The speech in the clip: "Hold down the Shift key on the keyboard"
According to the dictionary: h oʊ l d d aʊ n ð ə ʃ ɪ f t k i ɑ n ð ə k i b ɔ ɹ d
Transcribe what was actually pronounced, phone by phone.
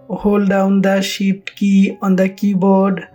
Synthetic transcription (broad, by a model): h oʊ l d d aʊ n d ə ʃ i p t k i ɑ n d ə k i b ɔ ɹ d